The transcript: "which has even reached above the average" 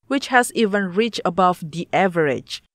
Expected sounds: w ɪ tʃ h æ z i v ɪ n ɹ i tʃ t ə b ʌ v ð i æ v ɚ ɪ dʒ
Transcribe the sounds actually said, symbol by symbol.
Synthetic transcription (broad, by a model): w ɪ tʃ h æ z i v ɪ n ɹ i tʃ ə b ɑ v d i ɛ v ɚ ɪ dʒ